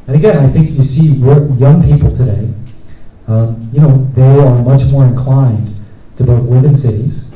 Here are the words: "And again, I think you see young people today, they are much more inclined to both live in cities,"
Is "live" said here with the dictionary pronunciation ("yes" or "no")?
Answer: no